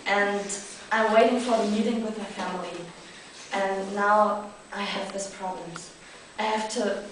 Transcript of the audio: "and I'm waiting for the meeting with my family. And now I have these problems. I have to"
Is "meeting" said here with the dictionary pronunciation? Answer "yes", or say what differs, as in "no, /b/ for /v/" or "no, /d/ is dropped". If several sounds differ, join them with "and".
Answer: yes